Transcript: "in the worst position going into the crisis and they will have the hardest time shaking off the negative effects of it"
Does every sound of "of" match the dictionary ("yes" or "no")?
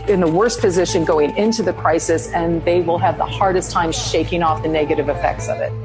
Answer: yes